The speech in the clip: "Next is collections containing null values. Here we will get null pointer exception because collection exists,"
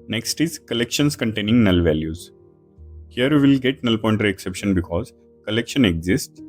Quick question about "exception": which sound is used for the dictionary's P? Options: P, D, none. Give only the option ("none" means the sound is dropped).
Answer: P